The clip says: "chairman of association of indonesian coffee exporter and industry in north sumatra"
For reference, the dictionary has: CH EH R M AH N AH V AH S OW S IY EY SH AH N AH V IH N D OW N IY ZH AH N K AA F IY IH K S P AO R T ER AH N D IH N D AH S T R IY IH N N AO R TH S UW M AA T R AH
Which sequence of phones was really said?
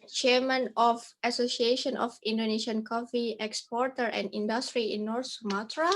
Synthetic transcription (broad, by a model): CH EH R M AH N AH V AH S OW S IY EY SH AH N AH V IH N D OW N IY SH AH N K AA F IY IH K S P AO R T ER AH N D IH N D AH S T R IY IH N N AO R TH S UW M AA T R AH